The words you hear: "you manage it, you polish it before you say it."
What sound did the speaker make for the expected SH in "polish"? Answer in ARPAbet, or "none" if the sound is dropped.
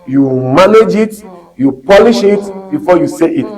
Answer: SH